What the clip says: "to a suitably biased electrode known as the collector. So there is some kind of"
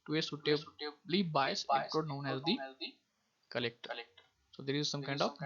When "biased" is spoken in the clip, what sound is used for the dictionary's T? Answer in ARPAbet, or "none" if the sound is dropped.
none